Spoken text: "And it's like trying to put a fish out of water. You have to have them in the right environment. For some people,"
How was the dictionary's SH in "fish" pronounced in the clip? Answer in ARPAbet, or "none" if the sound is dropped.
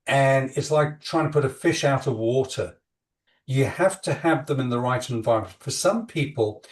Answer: SH